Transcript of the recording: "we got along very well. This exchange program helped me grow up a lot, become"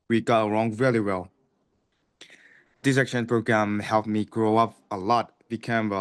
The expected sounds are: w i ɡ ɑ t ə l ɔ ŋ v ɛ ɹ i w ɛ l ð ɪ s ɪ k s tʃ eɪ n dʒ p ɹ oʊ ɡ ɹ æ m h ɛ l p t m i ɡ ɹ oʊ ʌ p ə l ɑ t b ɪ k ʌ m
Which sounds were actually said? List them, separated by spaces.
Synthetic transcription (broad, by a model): w i ɡ ɑ t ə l ɔ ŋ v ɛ l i w ɛ l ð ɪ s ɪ k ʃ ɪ n p ɹ oʊ ɡ ɹ æ m h ɛ l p m i ɡ ɹ oʊ ʌ p ə l ɑ t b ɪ k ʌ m